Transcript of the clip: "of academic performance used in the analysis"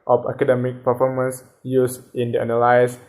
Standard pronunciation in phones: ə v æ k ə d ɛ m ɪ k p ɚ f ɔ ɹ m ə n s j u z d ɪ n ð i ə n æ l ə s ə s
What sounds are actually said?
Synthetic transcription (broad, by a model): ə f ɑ k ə d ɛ m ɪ k p ɚ f ɔ ɹ m ə n s j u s ɪ n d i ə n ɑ l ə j s